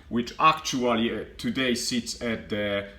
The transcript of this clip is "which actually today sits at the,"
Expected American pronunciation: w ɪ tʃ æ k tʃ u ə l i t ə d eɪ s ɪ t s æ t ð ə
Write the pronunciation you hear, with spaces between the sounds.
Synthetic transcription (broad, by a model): w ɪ tʃ æ k tʃ u ə l i t ə d eɪ s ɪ t s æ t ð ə